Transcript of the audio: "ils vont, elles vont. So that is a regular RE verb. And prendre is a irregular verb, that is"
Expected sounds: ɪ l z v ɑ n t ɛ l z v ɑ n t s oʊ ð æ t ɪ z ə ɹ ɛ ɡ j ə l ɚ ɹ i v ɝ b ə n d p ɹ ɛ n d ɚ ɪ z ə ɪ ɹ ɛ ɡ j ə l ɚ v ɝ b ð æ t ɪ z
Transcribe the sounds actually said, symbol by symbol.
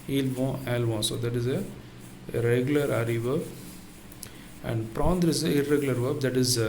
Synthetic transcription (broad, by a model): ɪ l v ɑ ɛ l v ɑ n s oʊ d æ t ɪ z ə ɹ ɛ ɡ j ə l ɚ ɹ i v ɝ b ə n d p ɹ ɛ n d ɚ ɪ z ə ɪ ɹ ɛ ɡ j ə l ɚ v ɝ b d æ t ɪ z